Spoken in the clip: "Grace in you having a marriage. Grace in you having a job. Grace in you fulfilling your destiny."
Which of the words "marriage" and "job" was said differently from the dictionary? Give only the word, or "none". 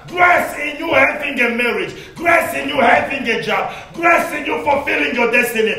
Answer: none